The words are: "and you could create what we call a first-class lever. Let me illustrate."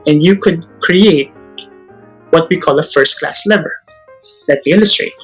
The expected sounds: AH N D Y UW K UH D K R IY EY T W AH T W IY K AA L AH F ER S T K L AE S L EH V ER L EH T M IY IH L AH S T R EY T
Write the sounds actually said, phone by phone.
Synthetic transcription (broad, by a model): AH N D Y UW K UH D K R IY EY T W AH T W IY K AA L AH F ER S T K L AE S L EH V ER L EH T M IY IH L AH S T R EY T